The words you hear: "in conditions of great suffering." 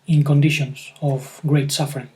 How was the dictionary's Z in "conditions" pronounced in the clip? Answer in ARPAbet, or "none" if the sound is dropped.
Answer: S